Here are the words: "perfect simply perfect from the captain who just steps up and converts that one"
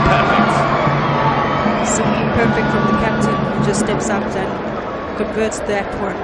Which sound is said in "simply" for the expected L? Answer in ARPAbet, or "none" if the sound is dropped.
none